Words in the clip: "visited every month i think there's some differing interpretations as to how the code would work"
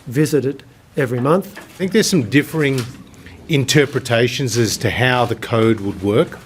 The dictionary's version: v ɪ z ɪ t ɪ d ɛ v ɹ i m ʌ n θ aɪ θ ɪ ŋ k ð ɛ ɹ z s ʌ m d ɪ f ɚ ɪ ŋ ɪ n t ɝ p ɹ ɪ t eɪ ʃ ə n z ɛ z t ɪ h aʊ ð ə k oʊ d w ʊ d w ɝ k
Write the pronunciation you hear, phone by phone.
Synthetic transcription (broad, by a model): v ɪ z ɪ t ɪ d ɛ v ɹ i m ʌ n θ θ ɪ ŋ k ð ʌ ɹ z s ʌ m d ɪ f ɚ ɪ ŋ ɪ n t ɝ p ɹ ɪ t eɪ ʃ ə n z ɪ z t ɪ h aʊ ð ə k oʊ d w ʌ d w ɝ k